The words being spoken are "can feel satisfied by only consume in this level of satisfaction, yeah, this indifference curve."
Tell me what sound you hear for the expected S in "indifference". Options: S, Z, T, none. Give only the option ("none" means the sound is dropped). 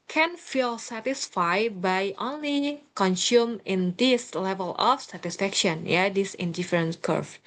none